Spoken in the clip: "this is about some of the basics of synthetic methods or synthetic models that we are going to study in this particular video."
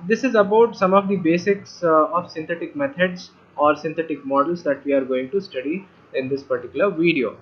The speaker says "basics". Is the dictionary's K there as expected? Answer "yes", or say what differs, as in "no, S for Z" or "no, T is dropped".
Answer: yes